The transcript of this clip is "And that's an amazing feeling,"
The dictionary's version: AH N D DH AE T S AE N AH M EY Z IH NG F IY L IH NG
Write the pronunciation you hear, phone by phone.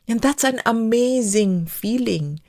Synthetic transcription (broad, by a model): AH N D DH AE T S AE N AH M EY Z IH NG F IY L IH NG